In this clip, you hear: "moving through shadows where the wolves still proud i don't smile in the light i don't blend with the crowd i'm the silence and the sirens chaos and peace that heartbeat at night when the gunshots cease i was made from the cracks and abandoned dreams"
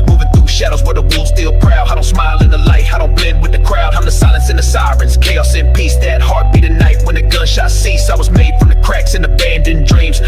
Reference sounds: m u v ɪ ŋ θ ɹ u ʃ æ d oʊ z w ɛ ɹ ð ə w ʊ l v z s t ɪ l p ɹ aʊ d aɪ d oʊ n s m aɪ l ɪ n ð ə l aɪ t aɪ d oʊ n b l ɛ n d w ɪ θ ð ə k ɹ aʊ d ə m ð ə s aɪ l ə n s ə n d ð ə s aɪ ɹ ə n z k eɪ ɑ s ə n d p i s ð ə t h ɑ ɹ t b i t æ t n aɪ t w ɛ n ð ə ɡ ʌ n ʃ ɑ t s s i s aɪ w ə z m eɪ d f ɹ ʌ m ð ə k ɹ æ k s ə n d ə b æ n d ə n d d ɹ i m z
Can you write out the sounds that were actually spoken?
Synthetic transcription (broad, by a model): m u v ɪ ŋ θ ɹ u ʃ æ d oʊ z w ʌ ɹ ð ə w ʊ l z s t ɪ l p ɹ aʊ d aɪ d oʊ n s m aɪ l ɪ n ð ə l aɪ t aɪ d oʊ n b l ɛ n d w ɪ ð ə k ɹ aʊ d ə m ð ə s aɪ l ə n s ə n ð ə s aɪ ɹ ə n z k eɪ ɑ s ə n p i s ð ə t h ɑ ɹ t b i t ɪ n aɪ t w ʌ n ð ə ɡ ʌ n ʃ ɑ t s s i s aɪ w ə z m eɪ d f ɹ ʌ m ð ə k ɹ æ k s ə n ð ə b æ n d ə n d d ɹ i m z